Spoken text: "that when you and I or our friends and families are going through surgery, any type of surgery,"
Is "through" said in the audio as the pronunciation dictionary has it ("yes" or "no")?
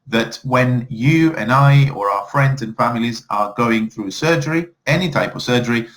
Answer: yes